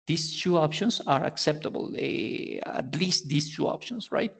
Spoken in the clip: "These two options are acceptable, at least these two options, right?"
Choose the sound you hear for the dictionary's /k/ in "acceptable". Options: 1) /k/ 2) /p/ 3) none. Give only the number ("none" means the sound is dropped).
1